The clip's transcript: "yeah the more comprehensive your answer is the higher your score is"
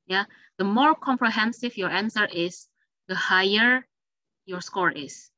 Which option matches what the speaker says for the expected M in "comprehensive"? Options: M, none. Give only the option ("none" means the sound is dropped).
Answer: M